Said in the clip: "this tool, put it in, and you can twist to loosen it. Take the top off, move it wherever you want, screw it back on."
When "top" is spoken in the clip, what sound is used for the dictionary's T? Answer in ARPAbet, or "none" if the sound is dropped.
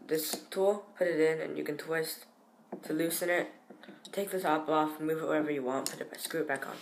S